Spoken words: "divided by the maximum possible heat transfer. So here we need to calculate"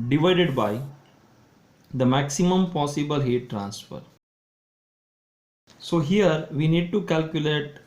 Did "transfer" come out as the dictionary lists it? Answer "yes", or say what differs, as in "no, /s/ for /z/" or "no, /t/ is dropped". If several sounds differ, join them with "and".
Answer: yes